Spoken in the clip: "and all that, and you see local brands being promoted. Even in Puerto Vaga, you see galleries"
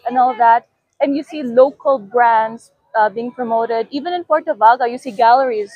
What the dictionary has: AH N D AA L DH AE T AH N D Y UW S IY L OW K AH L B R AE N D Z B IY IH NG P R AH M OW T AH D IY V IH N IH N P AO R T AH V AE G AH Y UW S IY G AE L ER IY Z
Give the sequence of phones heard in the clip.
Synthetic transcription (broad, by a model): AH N AA L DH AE T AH N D Y UW S IY L OW K AH L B R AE N D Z B IY IH NG P R AH M OW T AH D IY V IH N IH N P AO R T AH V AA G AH Y UW S IY G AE L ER IY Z